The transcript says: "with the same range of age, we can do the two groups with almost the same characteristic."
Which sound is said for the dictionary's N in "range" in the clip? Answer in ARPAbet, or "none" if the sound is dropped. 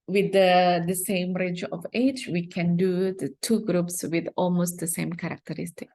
none